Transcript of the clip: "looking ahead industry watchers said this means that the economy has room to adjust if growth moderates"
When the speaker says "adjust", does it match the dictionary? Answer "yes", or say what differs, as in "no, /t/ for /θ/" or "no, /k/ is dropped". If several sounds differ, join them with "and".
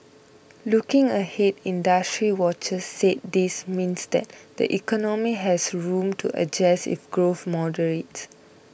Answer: no, /t/ is dropped